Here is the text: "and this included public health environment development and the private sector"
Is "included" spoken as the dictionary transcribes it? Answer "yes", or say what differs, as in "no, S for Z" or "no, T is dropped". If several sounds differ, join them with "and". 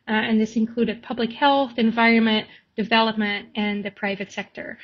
yes